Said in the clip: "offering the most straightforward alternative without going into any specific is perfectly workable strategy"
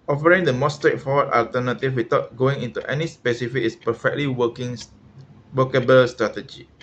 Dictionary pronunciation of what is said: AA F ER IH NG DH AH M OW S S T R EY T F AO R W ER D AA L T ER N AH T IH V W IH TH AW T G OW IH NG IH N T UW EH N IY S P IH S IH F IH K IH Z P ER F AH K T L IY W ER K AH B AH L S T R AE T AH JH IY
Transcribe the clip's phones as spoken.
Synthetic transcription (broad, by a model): AA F ER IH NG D AH M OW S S T R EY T F AO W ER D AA L T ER N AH T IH F W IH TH AW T G OW IH NG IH N T UW EH N IY S P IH S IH F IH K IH S P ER F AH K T L IY W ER K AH B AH L S T R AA T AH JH IY